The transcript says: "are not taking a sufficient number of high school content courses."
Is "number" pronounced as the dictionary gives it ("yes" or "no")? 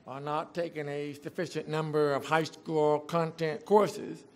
yes